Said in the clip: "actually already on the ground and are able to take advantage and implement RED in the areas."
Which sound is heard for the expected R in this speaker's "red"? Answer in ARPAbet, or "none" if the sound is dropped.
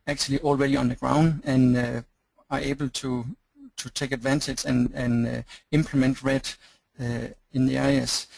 R